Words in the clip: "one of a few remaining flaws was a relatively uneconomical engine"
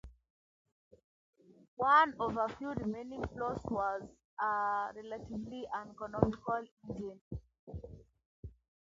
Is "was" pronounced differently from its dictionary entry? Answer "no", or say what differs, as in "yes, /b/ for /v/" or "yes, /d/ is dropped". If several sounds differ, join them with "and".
no